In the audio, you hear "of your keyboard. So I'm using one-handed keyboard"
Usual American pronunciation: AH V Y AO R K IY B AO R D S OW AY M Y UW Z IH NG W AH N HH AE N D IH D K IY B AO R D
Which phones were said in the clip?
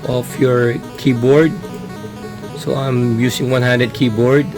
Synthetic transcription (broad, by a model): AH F Y AO R K IY B AO R D S OW AY M Y UW S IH NG W AH N HH AE N D IH D K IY B AO R D